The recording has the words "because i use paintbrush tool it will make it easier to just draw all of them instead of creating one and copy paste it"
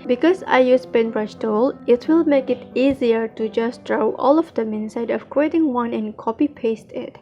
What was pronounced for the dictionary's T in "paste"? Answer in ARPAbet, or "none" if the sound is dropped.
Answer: T